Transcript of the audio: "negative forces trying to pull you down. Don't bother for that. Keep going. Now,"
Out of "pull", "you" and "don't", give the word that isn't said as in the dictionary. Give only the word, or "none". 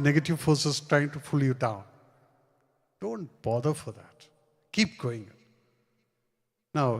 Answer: pull